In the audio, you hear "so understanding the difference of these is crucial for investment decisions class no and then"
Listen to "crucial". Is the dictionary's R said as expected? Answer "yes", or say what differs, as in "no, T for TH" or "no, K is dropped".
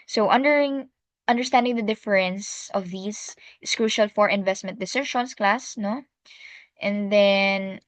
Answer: yes